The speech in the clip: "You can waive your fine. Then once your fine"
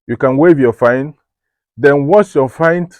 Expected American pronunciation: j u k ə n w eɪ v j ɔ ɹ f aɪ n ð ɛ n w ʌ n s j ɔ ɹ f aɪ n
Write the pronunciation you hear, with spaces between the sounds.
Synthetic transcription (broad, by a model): j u k ə n w eɪ v j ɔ f aɪ n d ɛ n w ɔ s j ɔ f aɪ n